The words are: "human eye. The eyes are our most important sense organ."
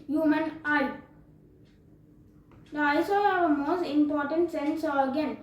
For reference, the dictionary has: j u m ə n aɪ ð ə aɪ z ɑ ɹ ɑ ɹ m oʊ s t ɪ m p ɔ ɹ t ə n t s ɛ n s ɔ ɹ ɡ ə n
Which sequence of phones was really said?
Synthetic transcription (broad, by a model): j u m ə n aɪ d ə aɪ s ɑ l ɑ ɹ m oʊ s t ɪ m p ɔ ɹ t ə n t s ɛ n s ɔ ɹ ɡ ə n